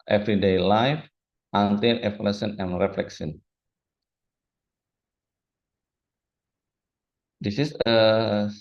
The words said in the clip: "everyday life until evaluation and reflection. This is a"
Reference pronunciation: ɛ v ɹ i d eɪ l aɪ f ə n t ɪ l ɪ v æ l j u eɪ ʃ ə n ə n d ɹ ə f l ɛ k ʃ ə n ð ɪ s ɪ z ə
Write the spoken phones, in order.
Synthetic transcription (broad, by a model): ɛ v ɹ i d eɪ l aɪ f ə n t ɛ n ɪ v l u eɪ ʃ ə n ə n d ɹ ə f l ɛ k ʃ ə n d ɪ s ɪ s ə